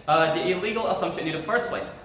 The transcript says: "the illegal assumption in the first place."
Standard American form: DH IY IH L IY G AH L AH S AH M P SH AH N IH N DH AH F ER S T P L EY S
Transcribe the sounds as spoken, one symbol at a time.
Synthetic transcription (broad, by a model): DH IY IH L IY G AH L AH S AH M P SH AH N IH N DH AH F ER S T P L EY S